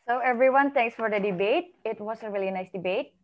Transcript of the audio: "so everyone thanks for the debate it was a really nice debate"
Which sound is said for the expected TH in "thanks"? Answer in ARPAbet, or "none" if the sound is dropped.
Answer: T